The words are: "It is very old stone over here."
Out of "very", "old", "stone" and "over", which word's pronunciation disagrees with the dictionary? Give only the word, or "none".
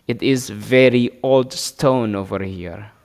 none